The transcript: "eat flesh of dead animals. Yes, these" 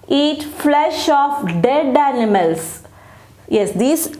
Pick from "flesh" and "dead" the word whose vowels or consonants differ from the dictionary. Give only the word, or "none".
none